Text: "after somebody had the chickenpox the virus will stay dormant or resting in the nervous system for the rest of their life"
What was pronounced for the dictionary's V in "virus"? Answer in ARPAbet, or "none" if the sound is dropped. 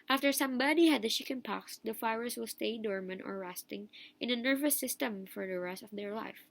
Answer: F